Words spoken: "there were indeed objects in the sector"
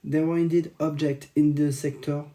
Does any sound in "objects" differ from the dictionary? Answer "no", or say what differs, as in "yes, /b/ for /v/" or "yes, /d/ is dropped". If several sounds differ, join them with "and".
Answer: yes, /s/ is dropped